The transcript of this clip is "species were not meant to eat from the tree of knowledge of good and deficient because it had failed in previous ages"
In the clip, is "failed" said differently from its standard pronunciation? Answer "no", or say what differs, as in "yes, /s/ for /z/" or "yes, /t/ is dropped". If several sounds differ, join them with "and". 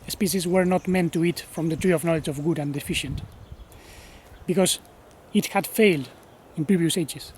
no